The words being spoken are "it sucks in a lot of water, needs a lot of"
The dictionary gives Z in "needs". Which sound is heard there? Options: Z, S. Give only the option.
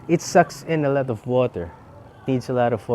S